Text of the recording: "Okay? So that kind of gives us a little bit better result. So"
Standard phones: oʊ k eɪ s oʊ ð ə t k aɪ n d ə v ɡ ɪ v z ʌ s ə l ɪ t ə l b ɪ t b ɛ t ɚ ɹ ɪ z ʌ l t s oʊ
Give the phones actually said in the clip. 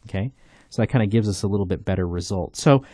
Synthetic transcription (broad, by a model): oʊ k eɪ s oʊ ð ə t k aɪ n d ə ɡ ɪ v z ʌ s ə l ɪ t l b ɪ t b ɛ t ɚ ɹ ɪ z ʌ l t s oʊ